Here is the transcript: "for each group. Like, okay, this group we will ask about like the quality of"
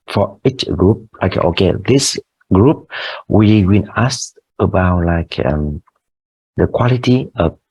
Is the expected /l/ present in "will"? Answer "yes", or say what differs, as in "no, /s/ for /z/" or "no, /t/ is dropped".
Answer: no, /n/ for /l/